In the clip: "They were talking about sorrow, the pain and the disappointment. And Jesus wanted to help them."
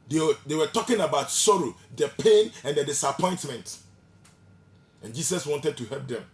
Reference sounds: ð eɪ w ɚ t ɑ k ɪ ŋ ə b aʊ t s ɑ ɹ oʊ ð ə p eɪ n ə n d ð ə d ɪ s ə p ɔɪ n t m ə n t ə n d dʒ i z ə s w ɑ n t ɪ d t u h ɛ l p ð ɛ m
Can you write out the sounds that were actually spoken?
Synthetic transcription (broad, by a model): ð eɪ w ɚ t ɑ k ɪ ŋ ə b aʊ t s ɑ ɹ oʊ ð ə p eɪ n ə n d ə d ɪ s ə p ɔɪ n t m ə n t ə n dʒ i s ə s w ɑ n t ɪ d t u h ɛ l p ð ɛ m